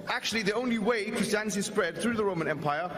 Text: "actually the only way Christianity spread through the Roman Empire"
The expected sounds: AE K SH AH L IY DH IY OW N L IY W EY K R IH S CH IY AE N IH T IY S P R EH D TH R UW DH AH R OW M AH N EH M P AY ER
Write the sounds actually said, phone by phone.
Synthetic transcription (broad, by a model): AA K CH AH L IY DH IY OW N L IY W EY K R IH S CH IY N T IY S P R EH D TH R UW DH AH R OW M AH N EH M P AY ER